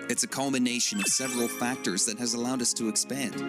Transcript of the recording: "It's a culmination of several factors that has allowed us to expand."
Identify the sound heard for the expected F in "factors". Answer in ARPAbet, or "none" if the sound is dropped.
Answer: F